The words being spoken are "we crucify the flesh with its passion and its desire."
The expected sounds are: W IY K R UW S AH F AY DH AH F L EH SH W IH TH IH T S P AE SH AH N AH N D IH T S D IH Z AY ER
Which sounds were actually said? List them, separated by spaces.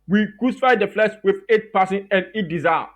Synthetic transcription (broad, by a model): W IY K R UW S AH F AY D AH F L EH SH W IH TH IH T P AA S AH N AH N D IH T D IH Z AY